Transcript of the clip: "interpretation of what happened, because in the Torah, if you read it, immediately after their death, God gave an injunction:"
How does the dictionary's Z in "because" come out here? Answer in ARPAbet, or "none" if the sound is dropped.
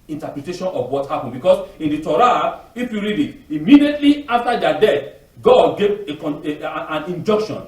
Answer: S